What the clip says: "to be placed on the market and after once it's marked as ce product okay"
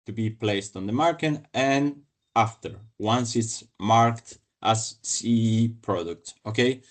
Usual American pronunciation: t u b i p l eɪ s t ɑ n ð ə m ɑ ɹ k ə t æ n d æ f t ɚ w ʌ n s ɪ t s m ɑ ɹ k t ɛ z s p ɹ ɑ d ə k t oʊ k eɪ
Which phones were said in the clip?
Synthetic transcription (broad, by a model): t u b i p l eɪ s t ɑ n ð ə m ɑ ɹ k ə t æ n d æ f t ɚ w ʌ n s ɪ t s m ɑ ɹ k t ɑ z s p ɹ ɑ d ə k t oʊ k eɪ